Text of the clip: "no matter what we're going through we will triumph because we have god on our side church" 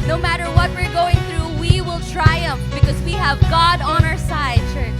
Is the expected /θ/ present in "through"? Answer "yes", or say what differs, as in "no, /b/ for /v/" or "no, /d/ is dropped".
yes